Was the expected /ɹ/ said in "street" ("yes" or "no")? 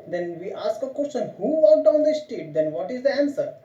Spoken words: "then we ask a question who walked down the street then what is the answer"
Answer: no